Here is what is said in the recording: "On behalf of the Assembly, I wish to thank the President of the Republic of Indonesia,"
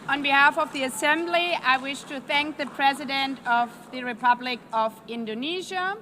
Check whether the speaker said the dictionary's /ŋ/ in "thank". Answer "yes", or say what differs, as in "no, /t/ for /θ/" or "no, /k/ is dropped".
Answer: yes